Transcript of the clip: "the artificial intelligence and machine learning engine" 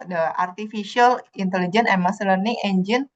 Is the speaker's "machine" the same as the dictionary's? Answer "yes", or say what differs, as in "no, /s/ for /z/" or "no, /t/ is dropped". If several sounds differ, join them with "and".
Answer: no, /s/ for /ʃ/